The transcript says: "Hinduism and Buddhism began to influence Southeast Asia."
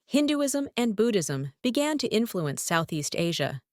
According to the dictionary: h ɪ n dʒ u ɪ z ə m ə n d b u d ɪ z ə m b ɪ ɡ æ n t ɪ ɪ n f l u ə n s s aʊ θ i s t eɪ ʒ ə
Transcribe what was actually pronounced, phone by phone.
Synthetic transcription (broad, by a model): h ɪ n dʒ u ɪ z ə m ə n b u d ɪ z ə m b ɪ ɡ æ n t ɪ ɪ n f l u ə n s s aʊ θ i s t eɪ ʒ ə